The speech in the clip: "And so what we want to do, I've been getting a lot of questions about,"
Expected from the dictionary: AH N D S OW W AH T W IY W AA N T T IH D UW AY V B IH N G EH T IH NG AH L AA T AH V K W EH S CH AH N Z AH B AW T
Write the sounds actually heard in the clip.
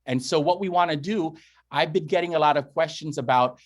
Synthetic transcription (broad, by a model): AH N S OW W AH T W IY W AA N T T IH D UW AY V B IH N G EH T IH NG AH L AA T AH V K W EH S CH AH N Z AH B AW T